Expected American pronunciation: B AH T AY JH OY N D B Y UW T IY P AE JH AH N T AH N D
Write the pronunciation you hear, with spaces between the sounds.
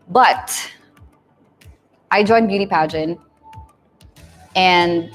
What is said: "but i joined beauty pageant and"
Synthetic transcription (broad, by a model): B AH T AY JH OY N B Y UW T IY P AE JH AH N AH N